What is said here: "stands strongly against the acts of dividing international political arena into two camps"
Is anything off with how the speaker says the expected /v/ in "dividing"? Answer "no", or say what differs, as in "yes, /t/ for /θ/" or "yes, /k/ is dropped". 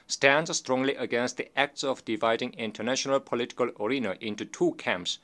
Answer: no